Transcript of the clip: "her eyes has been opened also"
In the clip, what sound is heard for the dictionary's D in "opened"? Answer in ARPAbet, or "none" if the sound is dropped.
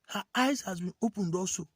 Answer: D